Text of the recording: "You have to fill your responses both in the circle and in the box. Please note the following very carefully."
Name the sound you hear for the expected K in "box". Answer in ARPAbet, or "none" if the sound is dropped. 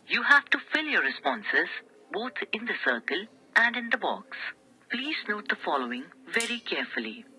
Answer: K